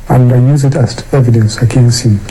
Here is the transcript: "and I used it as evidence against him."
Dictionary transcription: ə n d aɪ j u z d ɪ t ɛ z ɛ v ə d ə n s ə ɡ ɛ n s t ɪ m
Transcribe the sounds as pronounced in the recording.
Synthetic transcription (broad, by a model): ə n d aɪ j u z ɪ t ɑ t ɛ v ə d ə n s ə ɡ ɛ n s t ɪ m